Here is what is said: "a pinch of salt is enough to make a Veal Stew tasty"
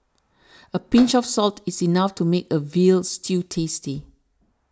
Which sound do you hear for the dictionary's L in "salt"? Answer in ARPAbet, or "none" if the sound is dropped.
L